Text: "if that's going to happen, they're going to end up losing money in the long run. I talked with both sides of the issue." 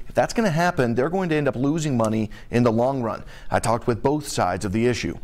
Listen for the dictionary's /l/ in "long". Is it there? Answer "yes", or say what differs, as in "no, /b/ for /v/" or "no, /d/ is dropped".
yes